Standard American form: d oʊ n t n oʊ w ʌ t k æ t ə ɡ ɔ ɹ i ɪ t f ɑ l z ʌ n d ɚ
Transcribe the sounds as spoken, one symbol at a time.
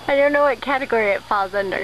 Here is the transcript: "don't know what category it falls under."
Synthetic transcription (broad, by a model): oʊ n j n oʊ w ʌ t k æ t ə ɡ ɔ ɹ i ɪ t f ɑ l z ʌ n d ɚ